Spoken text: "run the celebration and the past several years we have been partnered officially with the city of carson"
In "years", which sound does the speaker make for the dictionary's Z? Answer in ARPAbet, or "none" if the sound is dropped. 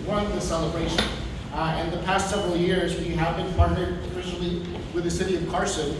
Z